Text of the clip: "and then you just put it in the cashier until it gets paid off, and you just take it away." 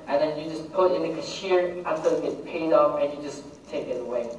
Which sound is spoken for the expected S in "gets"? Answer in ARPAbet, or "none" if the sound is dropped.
none